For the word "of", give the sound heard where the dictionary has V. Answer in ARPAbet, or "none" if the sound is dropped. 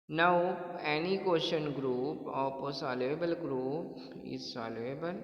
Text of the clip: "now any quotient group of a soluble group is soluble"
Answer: P